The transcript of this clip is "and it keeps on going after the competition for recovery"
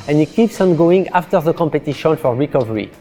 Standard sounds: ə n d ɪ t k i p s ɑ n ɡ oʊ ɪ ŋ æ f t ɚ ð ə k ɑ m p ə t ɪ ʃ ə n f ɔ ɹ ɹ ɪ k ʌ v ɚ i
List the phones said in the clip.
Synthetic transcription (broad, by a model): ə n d ɪ t k i p s ɑ n ɡ oʊ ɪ ŋ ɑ f t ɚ ð ə k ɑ m p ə t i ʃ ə n f ɔ ɹ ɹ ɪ k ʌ v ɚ i